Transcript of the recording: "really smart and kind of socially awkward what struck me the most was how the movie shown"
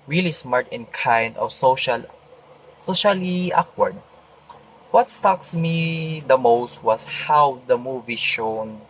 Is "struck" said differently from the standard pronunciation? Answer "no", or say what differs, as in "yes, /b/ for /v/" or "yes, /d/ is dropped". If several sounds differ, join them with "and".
yes, /ɹ/ is dropped